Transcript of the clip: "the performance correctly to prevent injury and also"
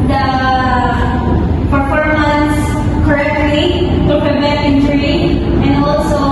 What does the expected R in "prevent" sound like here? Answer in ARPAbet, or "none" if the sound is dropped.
none